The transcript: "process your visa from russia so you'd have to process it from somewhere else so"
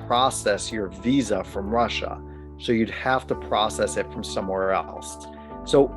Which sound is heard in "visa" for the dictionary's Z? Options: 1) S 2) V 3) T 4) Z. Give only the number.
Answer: 4